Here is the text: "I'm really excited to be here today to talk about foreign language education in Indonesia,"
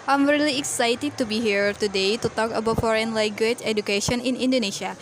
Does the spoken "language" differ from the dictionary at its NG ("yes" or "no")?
yes